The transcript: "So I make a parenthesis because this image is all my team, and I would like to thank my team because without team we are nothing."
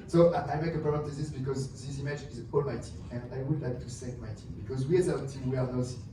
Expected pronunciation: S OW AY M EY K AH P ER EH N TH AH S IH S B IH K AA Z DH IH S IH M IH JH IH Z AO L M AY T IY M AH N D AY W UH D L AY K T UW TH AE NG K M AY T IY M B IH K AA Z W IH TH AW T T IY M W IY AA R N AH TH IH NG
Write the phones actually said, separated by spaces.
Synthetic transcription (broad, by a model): S OW AY M EY K AH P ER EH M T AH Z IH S B IH K AA Z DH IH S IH M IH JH IH Z AO L M AY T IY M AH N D AY W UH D L AY K T UW S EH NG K M AY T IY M B IH K AA Z W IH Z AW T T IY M W IY AA R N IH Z